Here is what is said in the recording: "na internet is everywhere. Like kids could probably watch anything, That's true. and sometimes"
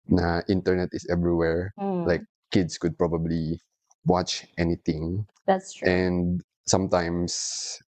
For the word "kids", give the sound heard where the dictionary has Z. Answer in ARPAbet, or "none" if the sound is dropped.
S